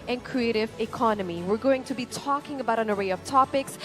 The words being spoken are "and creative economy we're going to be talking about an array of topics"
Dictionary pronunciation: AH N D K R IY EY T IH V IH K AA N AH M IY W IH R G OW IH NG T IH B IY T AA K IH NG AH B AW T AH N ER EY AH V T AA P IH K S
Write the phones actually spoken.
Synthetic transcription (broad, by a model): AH N K R IY EY T IH V IH K AA N AH M IY W IH R G OW IH NG T IH B IY T AA K IH NG AH B AW T AH N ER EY AH V T AA P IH K S